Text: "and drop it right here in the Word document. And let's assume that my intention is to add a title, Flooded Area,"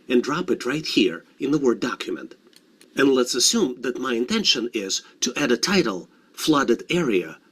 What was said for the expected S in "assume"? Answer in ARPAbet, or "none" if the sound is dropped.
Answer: S